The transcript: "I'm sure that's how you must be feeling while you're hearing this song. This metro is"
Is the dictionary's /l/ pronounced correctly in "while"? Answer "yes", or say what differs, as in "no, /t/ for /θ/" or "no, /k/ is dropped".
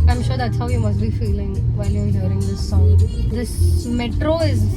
no, /n/ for /l/